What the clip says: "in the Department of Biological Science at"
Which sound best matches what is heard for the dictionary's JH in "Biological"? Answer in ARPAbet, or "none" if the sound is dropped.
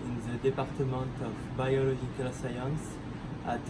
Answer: ZH